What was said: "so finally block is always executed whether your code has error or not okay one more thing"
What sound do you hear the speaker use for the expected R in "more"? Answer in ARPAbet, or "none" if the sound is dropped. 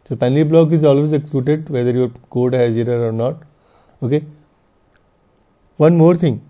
R